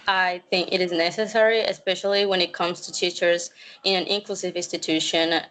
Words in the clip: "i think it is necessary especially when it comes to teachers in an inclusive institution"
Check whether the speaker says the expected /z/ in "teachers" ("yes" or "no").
yes